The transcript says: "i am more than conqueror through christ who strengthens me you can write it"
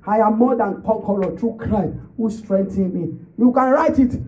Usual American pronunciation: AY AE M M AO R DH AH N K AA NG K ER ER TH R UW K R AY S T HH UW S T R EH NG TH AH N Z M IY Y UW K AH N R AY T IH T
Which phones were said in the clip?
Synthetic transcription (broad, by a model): AY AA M M AO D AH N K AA K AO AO T R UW K R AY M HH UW S T R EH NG T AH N M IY Y UW K AH N R AY T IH T